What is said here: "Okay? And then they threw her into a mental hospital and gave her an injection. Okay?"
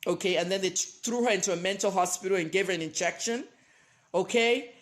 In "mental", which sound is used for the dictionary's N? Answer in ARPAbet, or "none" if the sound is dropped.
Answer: N